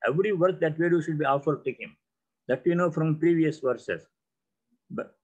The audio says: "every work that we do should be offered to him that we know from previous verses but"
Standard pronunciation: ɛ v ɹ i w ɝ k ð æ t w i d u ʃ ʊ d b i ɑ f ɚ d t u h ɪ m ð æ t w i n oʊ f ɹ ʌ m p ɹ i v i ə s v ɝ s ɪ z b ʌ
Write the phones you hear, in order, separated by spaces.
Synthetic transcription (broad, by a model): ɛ v ɹ i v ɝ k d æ t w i d u ʃ ʊ d b i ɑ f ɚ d t u h ɪ m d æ t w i n oʊ f ɹ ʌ m p ɹ i v i ə s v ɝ s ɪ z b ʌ